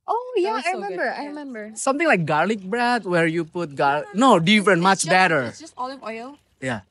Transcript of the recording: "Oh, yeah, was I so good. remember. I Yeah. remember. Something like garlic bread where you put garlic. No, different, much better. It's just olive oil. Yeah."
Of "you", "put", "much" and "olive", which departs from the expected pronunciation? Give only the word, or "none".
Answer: olive